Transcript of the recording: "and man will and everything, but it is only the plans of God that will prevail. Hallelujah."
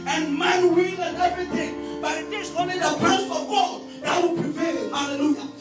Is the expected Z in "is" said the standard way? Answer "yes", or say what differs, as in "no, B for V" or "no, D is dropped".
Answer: no, S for Z